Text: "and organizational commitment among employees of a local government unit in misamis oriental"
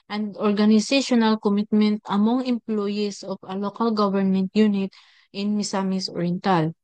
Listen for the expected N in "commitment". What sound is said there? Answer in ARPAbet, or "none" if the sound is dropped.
N